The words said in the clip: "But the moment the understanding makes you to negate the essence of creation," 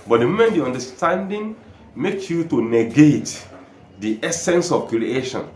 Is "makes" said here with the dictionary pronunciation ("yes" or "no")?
no